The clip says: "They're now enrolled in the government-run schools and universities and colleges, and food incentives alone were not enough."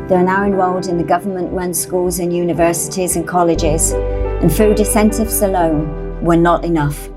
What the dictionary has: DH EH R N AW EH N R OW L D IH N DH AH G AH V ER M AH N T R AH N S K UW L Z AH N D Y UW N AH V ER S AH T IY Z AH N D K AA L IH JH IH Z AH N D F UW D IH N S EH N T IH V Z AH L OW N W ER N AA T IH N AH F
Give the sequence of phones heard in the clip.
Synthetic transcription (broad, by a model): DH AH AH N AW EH N W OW L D IH N DH AH G AH V ER M AH N T R AH N S K UW L Z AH N Y UW N AH V ER S AH T IY Z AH N K AA L IH JH IH Z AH N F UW D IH S EH N T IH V S AH L OW N W ER N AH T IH N AH F